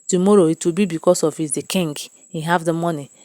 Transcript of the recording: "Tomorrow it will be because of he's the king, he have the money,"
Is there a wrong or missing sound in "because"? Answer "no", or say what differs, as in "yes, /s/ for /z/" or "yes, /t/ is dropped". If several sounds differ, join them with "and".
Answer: yes, /s/ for /z/